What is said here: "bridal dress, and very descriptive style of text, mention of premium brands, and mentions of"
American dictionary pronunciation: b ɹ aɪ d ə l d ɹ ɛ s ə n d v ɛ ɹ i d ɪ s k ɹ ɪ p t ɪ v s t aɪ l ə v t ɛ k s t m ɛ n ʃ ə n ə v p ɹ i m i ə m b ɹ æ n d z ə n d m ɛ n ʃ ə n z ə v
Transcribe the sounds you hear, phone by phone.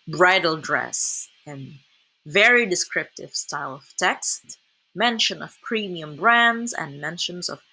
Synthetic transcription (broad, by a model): b ɹ aɪ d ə l d ɹ ɛ s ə n v ɛ ɹ i d ɪ s k ɹ ɪ p t ɪ v s t aɪ l ə v t ɛ k s t m ɛ n ʃ ə n ə v p ɹ i m i ə m b ɹ æ n d z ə n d m ɛ n ʃ ə n z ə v